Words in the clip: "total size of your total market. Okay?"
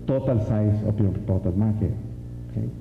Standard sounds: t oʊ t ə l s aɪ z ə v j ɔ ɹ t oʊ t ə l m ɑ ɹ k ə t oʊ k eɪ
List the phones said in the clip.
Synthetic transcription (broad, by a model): t oʊ t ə l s aɪ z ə p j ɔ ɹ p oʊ t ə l m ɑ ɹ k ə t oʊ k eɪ